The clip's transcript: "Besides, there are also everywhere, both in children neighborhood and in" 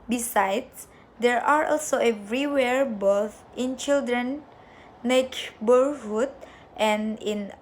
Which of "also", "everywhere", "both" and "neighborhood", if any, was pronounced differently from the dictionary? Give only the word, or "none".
neighborhood